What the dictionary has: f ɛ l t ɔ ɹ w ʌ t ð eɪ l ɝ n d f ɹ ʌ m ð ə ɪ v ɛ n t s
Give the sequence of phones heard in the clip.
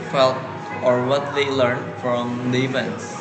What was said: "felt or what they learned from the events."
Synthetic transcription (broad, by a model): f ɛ l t ɔ ɹ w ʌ t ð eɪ l ɝ n d f ɹ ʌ m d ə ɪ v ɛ n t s